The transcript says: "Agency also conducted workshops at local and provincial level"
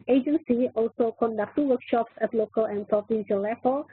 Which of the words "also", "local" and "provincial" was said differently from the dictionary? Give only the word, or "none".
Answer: provincial